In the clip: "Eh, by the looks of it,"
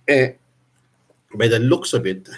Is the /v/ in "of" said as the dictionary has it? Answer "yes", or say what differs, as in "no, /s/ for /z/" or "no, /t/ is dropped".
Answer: no, /b/ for /v/